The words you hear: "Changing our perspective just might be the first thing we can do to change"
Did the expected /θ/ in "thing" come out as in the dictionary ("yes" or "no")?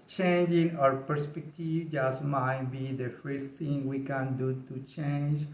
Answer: no